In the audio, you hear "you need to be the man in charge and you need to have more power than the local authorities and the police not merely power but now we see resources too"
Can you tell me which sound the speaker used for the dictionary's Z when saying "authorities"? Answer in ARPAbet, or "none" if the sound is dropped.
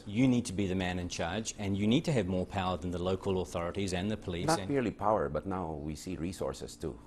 Z